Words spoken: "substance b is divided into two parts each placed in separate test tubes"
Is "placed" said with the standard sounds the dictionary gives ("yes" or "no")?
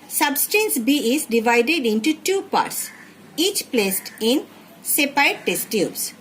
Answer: yes